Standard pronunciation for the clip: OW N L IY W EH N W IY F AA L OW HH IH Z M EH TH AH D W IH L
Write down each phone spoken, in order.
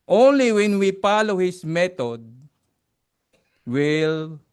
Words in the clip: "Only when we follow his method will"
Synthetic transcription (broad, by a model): OW N L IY W EH N W IY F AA L OW HH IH S M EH T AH D W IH L